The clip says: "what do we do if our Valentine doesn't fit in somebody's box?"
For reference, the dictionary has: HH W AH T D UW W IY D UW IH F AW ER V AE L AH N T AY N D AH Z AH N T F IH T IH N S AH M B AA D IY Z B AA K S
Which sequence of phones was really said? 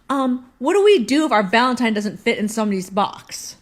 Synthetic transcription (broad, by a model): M W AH T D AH W IY D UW IH F AW ER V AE L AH N T AY N D AH Z AH N T F IH T IH N S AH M AH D IY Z B AA K S